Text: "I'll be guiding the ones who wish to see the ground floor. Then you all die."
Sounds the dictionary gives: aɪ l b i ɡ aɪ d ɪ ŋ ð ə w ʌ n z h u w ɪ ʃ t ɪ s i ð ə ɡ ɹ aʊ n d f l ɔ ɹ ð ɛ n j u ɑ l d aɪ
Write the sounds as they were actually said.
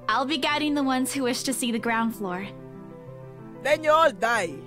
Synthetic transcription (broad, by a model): aɪ l b i ɡ aɪ d ɪ ŋ ð ə w ʌ n z h u w ɪ ʃ t ɪ s i ð ə ɡ ɹ aʊ n d f l ɔ ɹ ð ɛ n j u ɑ l d aɪ